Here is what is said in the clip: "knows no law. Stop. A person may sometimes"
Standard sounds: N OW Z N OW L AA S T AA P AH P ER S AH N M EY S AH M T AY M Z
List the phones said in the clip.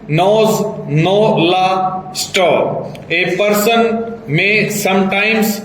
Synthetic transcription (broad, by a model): N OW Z N OW L AA S T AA AH P ER S AH N M EY S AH M T AY M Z